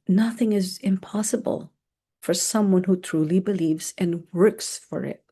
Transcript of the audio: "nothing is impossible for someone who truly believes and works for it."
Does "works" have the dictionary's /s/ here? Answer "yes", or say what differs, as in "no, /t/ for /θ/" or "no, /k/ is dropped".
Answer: yes